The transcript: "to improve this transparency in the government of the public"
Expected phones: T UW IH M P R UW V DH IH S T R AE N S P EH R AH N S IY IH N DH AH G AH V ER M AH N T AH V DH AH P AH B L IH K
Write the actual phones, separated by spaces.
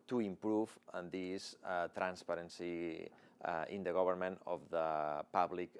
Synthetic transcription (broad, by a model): T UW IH M P R UW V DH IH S T R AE N S P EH R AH N S IY IH N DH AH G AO B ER M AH N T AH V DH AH P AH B L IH K